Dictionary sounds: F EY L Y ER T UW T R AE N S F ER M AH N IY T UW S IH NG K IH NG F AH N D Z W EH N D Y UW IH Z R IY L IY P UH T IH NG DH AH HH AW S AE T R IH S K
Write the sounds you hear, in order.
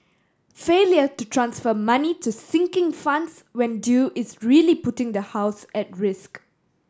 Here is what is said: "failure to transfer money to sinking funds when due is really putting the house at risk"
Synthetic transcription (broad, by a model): F EY L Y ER T UW T R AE N S F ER M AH N IY T UW S IH NG K IH NG F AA N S W EH N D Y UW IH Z R IY L IY P UH T IH NG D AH HH AW S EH T R IH S K